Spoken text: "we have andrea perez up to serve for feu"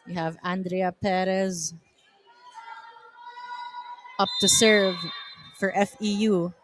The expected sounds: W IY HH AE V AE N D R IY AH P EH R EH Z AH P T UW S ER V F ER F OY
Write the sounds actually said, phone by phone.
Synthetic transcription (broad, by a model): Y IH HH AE V AE N D R IY AH P EH R EH Z AH P T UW S ER V F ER F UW